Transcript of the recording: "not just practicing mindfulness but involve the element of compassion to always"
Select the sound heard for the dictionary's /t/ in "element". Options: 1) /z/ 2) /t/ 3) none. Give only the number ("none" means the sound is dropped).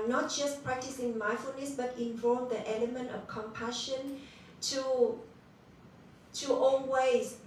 2